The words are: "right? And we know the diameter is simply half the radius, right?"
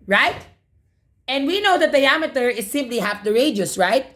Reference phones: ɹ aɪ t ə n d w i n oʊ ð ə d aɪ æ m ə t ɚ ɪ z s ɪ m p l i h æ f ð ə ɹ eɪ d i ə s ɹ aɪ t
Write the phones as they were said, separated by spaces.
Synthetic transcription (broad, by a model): ɹ aɪ t ə n d w i n oʊ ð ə d aɪ æ m ə t ɚ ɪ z s ɪ m p l i h æ f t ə ɹ eɪ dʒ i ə s ɹ aɪ t